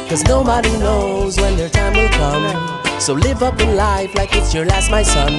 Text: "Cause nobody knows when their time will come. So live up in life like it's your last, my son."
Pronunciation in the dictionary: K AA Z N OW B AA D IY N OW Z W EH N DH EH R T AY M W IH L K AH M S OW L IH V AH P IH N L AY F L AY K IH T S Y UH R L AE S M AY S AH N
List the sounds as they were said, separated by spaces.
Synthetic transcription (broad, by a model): K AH Z N OW B AA D IY N OW Z W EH N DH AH R T AY M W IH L K AH M S OW L IH V AH P IH N L AY F L AY K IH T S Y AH R L AE S M AY S AH N